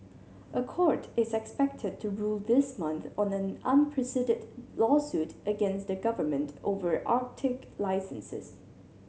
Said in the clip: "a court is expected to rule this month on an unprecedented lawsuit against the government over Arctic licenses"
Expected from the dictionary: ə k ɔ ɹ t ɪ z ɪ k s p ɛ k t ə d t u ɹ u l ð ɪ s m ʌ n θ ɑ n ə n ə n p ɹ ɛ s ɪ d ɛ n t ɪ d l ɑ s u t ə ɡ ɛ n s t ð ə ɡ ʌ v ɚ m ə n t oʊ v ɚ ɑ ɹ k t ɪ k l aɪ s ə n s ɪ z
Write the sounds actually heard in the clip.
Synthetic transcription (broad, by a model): ə k ɔ ɹ t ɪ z ɪ k s p ɛ k t ə d t u ɹ u l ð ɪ s m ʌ n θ ɑ n ə n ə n p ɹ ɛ s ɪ d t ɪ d l ɑ s u t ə ɡ ɛ n s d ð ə ɡ ʌ v ɚ m ə n t oʊ v ɚ ɑ ɹ k t ɪ k l aɪ s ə n s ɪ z